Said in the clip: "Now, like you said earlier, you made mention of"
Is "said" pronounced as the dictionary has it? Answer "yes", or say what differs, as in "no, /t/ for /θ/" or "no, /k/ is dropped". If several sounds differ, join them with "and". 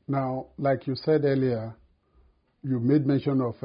yes